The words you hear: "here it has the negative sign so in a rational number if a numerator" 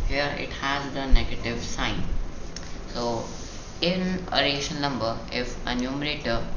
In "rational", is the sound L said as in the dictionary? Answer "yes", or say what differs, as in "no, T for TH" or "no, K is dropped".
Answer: no, N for L